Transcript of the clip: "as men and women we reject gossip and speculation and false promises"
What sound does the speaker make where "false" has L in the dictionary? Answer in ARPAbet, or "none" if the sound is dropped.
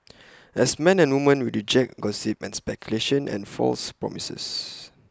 L